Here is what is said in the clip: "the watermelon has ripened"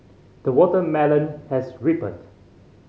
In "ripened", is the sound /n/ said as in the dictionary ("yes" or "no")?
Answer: no